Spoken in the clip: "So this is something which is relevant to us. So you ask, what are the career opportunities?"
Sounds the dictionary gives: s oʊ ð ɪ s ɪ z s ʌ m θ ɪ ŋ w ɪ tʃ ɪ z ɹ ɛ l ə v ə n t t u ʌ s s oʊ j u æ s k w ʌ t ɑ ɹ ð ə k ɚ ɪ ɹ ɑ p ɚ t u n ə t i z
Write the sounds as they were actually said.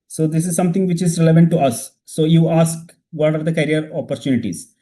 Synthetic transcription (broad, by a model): s oʊ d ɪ s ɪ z s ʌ m t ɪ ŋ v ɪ tʃ ɪ z ɹ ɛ l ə v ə n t t u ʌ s s oʊ j u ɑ s k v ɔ t ɑ ɹ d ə k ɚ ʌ ɹ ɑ p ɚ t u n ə t i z